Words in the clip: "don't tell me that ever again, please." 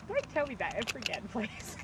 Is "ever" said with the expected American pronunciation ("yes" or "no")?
no